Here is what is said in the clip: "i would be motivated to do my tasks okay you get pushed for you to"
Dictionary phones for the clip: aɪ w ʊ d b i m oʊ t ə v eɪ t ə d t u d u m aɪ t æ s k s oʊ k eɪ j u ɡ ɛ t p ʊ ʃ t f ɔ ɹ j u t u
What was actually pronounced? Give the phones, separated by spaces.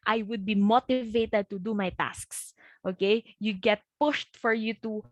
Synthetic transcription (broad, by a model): aɪ w ʊ d b i m oʊ t ə v eɪ t ə d t u d u m aɪ t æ s k s oʊ k eɪ j u ɡ ɛ t p ʊ ʃ t f ɔ ɹ j u t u